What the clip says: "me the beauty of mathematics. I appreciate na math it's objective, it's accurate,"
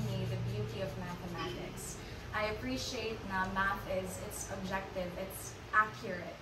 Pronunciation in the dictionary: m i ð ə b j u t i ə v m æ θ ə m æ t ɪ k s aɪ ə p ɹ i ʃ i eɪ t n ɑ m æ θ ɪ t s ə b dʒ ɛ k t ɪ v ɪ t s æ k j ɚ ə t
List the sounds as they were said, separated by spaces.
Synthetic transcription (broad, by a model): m i ð ə b j u t i ə v m æ θ ə m æ t ɪ k s aɪ ə p ɹ i ʃ i eɪ t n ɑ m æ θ ɪ t s ə b dʒ ɛ k t ɪ v ɪ t s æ k j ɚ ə t